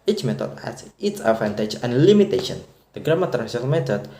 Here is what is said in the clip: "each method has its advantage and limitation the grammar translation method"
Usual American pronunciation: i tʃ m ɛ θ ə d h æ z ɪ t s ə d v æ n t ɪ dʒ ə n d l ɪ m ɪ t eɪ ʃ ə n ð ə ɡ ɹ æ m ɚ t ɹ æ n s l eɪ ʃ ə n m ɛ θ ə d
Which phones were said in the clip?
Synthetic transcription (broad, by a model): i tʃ m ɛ t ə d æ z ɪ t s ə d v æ n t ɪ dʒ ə n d l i m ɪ t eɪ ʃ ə n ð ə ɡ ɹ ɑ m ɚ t æ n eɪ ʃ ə l m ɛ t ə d